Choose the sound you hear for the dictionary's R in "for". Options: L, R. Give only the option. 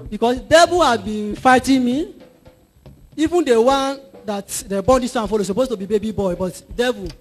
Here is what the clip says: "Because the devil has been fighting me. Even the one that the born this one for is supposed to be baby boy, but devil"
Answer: L